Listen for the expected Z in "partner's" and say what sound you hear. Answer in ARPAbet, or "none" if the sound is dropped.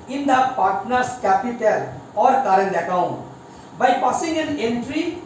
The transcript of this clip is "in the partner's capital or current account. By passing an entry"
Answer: S